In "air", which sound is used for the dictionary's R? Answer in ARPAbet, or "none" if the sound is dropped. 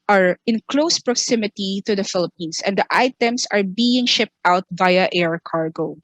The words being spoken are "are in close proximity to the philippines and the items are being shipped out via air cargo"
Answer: R